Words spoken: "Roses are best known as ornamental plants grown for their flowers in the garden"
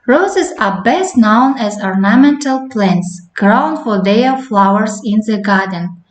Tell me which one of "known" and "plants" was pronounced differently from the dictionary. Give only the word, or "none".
none